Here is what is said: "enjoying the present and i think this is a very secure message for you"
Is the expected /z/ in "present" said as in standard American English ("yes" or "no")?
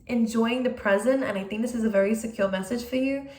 yes